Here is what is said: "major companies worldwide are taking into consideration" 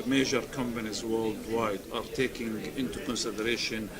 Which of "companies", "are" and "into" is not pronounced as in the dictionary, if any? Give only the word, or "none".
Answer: none